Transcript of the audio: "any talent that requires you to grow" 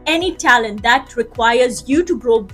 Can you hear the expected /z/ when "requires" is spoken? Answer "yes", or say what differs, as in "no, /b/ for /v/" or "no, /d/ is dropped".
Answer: yes